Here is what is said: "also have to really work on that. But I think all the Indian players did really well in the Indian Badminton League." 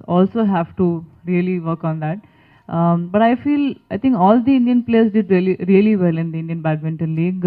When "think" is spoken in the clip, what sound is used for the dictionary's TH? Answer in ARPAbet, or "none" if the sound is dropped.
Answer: F